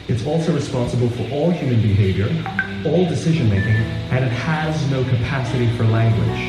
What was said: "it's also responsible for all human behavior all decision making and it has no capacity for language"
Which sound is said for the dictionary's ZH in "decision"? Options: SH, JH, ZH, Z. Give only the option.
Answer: ZH